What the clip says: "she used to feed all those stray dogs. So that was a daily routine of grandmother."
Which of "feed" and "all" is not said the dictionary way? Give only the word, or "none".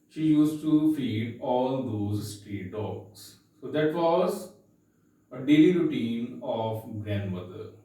none